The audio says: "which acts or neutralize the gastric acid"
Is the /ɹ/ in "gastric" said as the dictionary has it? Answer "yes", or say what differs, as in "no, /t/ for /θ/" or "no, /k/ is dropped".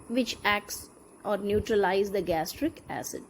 yes